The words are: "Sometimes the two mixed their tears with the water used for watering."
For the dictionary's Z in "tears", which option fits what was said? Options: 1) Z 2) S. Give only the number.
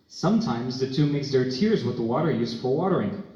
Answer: 1